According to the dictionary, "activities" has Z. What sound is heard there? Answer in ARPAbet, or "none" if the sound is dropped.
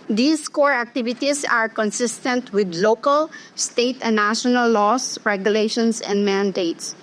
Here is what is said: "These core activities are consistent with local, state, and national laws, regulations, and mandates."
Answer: S